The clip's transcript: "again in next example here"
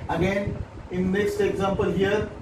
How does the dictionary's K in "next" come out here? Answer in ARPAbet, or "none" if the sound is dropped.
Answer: none